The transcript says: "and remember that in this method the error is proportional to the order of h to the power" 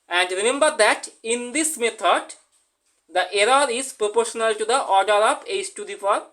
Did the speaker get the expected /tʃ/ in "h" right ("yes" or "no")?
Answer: no